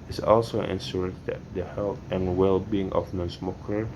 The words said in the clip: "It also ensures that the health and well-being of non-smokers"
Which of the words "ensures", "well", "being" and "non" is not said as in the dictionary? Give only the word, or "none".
ensures